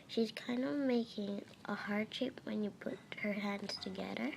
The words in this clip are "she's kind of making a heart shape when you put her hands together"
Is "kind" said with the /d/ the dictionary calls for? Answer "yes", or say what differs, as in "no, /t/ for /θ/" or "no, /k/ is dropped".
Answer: yes